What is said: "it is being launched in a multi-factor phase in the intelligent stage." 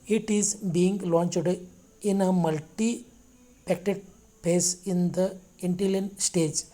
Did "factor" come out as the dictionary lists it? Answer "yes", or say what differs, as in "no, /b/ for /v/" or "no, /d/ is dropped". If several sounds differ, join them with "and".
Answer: no, /p/ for /f/